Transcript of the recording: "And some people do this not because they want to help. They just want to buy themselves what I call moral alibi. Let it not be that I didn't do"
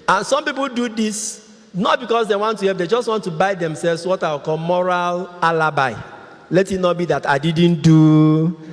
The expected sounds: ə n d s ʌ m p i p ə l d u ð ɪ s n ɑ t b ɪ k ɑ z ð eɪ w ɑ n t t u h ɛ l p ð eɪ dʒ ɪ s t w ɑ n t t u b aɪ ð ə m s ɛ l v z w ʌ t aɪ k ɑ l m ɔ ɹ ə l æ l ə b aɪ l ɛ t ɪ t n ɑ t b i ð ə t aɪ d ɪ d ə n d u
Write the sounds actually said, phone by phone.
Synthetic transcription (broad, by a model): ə n s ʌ m p i p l d u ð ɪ s n ɑ t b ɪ k ɑ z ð eɪ w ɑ n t t u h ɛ p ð eɪ dʒ ɪ s t w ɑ n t t u b aɪ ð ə m s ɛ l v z w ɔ t aɪ k ɑ l m ɔ ɹ ə l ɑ l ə b aɪ l ɛ t ɪ t n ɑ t b i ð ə t aɪ d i d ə n d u